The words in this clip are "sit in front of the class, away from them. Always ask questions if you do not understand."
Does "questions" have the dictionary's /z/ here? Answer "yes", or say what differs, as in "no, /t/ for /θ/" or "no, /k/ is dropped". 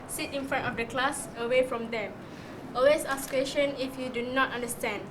no, /z/ is dropped